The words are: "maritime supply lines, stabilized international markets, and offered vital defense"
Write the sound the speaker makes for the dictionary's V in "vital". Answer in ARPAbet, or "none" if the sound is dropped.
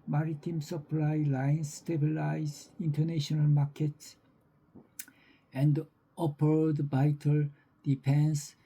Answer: B